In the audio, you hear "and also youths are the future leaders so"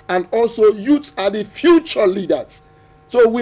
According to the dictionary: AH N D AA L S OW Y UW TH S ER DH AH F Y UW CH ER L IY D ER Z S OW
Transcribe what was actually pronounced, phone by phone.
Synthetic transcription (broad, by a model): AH N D AA L S OW Y UW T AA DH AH F Y UW CH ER L IY D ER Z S OW